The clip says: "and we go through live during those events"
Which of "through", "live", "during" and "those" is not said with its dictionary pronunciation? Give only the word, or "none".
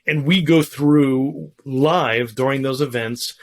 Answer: none